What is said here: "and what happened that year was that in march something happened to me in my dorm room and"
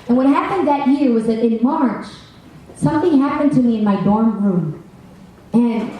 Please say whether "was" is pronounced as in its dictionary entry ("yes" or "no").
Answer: yes